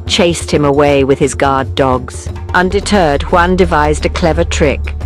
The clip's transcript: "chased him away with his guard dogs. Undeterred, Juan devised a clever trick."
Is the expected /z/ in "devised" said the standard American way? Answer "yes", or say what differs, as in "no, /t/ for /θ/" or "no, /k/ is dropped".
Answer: yes